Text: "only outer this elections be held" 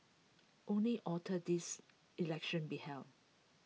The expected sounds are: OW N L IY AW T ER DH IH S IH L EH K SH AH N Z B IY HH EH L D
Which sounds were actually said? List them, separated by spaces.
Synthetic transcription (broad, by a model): OW N L IY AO T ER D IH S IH L EH K SH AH N B IY HH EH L